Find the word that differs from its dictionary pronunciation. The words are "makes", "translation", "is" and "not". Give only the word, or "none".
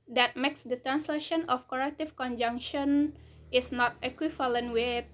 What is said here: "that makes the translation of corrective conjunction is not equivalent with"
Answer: is